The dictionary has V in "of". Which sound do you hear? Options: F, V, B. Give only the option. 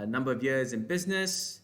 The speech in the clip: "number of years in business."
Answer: V